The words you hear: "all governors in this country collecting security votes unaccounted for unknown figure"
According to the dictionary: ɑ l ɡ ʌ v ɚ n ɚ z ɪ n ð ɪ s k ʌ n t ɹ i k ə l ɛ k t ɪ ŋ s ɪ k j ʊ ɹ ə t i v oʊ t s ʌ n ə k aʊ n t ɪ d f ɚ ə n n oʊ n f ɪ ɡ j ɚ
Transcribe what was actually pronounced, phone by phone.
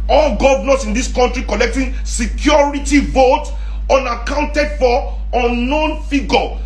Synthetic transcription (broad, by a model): ɑ l ɡ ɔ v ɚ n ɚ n ɪ n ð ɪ s k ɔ n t ɹ i k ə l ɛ k t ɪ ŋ s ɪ k j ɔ ɹ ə t i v oʊ t ɔ n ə k aʊ n t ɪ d f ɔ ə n n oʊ n f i ɡ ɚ